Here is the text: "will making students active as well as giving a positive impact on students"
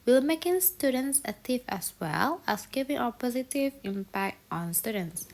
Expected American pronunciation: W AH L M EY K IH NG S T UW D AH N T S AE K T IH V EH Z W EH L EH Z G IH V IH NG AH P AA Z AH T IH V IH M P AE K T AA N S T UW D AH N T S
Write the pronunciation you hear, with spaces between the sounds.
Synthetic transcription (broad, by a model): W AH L M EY K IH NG S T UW D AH N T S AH T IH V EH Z W EH L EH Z G IH V IH NG AH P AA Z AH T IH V IH M P AE K T AA N S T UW D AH N T S